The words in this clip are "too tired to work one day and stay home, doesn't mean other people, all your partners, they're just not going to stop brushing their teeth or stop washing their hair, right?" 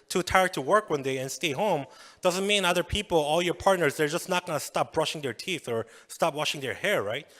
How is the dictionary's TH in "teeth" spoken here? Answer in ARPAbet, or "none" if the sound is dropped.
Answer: TH